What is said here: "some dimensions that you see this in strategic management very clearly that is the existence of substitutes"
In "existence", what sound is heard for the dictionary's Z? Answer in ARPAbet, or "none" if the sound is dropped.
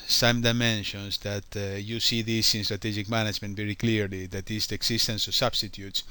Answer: S